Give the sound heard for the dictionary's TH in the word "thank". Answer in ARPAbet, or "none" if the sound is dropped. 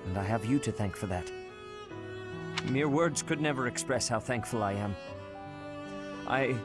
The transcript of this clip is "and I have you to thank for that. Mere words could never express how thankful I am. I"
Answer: TH